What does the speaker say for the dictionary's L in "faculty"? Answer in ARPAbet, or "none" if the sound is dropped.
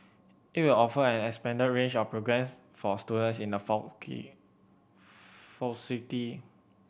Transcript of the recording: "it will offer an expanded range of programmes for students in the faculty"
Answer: none